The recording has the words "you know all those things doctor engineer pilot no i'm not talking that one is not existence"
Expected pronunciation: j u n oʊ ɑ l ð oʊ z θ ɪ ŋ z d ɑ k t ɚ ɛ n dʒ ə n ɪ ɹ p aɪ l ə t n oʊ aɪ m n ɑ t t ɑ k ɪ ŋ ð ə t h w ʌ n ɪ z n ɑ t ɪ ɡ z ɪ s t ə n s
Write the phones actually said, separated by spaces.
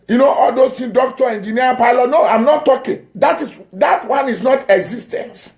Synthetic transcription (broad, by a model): j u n oʊ ɑ l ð oʊ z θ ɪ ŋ d ɑ k t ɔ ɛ n dʒ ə n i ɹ p aɪ l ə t n oʊ aɪ m n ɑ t t ɑ k ɪ ŋ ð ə t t w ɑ n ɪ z n ɑ t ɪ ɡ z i s t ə n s